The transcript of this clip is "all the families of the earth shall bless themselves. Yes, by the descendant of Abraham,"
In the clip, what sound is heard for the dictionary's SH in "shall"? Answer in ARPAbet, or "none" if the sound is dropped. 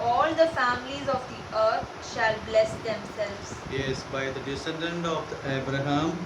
SH